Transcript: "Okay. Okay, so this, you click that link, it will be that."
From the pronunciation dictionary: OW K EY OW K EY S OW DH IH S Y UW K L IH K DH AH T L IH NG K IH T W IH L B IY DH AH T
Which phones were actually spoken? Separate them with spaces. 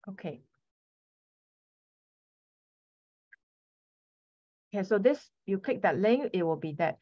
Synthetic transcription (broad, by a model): OW K EY OW K EY S OW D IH S Y UW K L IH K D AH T L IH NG IH T W IH L B IY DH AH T